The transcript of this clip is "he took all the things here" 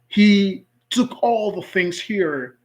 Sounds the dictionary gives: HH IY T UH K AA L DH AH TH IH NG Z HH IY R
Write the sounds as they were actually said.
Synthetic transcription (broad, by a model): HH IY T UH K AA L DH AH TH IH NG Z HH IY R